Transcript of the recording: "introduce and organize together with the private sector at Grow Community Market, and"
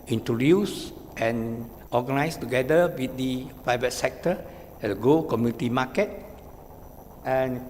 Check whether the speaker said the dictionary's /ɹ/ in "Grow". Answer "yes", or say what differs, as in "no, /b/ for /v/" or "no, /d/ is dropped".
no, /ɹ/ is dropped